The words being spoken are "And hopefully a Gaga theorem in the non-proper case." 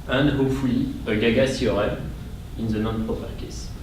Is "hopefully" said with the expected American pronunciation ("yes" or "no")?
no